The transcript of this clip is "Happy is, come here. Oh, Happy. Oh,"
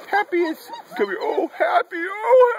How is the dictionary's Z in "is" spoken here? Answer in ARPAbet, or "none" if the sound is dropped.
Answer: S